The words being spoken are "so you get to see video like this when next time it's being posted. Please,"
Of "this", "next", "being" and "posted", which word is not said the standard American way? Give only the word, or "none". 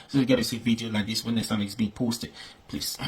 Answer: next